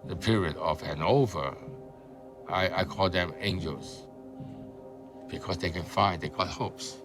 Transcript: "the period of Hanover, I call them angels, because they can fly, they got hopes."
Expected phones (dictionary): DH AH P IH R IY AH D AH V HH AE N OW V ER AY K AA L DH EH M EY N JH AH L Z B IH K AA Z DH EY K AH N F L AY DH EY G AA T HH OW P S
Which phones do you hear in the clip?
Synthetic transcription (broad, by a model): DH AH P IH R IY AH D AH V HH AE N OW V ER AY K AA L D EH M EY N JH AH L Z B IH K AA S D EY K AH N F AY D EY G AA T HH OW P S